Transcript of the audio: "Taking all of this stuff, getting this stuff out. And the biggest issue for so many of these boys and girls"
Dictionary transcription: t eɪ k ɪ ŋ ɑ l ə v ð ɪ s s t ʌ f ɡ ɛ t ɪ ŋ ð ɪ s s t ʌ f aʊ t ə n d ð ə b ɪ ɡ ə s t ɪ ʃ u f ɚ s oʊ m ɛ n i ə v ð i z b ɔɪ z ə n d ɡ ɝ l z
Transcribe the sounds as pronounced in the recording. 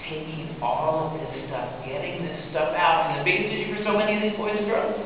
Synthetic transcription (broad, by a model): t eɪ k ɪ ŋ ɑ l ə v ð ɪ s s t ʌ f ɡ ɛ t ɪ ŋ ð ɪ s s t ʌ f aʊ t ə n ð ə b ɪ ɡ ə s t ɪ u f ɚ s oʊ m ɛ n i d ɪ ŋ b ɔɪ ə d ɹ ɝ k